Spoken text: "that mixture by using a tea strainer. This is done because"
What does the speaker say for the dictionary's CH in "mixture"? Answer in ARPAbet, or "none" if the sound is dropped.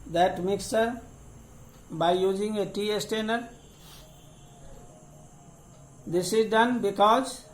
none